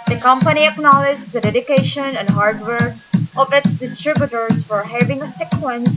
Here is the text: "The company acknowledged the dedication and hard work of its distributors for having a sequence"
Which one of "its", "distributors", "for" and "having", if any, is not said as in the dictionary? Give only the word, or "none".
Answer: distributors